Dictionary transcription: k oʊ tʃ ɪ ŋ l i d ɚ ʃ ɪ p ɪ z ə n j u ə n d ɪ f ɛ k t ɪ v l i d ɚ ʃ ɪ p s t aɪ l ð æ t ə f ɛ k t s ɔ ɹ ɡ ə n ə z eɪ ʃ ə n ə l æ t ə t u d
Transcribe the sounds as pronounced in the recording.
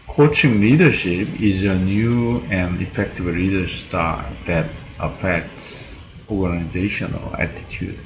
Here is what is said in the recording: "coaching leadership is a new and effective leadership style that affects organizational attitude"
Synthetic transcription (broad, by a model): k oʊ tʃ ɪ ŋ l i d ɚ ʃ ɪ p ɪ z ə n j u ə n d ɪ f ɛ k t ɪ v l i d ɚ s t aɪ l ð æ t ə f ɛ k t s ɔ ɹ ɡ ə n ə z eɪ ʃ ə n ə l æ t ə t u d